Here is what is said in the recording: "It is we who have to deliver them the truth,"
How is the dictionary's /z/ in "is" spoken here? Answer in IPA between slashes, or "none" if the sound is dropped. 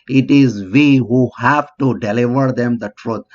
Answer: /z/